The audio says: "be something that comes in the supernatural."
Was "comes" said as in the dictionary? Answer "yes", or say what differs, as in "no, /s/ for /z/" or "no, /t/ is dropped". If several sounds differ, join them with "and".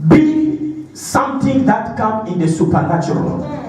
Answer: no, /z/ is dropped